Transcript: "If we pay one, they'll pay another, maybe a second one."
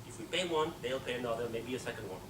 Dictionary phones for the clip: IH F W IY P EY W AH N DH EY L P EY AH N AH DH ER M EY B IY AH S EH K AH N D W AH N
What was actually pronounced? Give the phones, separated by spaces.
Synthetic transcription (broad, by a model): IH F W IY P EY W AH N DH EY L P EY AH N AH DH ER M EY B IY AH S EH K AH N D W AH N